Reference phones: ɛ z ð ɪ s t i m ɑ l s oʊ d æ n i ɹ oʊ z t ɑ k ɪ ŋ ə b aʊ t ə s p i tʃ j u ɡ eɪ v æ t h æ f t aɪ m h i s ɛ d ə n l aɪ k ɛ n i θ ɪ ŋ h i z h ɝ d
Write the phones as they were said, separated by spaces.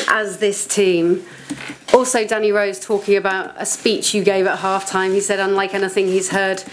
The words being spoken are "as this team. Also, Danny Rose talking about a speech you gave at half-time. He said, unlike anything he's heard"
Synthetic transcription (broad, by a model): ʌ z ð ɪ s t i m ɑ l s oʊ d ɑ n i ɹ oʊ z t ɑ k ɪ ŋ ə b aʊ t ə s p i tʃ j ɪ ɡ eɪ v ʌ t h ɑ f t aɪ m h i s ɛ d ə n l aɪ k ɛ n i θ ɪ ŋ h i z h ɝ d